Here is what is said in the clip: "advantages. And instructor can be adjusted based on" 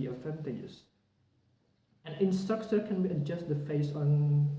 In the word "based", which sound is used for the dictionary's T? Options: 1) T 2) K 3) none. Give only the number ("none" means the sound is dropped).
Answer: 3